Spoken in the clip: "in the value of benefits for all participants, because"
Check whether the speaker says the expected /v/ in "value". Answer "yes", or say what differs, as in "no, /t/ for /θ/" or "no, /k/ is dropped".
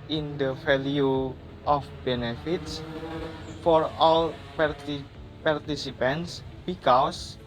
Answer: no, /f/ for /v/